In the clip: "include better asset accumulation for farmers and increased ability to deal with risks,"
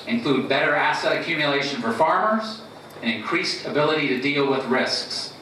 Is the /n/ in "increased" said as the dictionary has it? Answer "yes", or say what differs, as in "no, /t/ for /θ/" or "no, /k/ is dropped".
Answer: yes